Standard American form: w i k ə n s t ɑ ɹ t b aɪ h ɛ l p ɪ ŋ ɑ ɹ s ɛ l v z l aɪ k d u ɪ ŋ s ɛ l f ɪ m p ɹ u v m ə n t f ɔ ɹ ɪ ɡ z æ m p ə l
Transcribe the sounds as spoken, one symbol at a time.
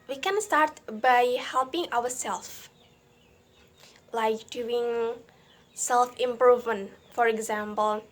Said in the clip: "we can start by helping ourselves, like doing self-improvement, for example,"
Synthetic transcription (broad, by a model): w i k ə n s t ɑ ɹ t b aɪ h ɛ l p ɪ ŋ ɑ w s ɛ l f l aɪ k d u ɪ ŋ s ɛ l f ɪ m p ɹ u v m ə n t f ɔ ɹ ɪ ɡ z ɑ m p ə l